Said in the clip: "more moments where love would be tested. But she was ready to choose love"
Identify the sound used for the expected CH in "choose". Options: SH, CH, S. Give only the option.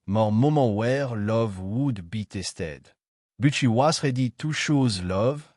SH